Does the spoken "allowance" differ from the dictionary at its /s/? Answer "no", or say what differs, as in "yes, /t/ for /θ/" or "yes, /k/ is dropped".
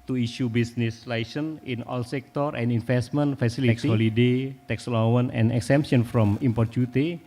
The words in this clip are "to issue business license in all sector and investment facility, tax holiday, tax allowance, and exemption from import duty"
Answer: yes, /s/ is dropped